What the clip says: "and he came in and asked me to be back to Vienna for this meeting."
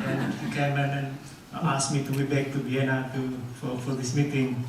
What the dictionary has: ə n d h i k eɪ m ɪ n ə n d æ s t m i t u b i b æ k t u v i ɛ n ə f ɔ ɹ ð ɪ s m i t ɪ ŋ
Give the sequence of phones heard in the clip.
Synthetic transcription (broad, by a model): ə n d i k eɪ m ɪ n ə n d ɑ s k m i t u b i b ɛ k t u b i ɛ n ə f ɔ ɹ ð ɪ s m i t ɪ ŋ